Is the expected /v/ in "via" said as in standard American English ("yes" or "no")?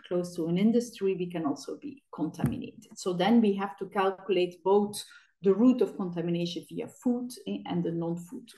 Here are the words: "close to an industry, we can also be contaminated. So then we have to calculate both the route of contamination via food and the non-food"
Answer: yes